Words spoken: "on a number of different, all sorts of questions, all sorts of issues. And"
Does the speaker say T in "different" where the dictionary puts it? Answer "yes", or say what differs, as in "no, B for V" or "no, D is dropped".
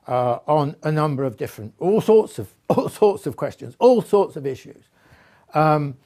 yes